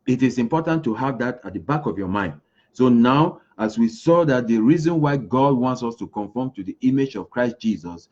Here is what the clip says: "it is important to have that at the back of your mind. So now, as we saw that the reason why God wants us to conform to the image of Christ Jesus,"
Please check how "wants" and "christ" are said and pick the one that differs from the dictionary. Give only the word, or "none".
none